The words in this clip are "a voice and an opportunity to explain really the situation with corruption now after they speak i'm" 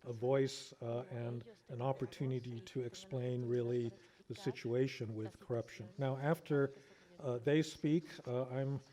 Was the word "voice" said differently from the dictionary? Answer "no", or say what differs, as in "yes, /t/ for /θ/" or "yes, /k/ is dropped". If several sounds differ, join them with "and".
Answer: no